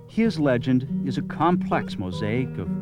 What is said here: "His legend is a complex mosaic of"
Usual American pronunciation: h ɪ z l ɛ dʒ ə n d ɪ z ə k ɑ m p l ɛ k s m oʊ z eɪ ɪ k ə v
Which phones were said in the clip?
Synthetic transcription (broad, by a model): h ɪ z l ɛ dʒ ə n d ɪ z ə k ɑ m p l ɛ k s m oʊ z eɪ ɪ k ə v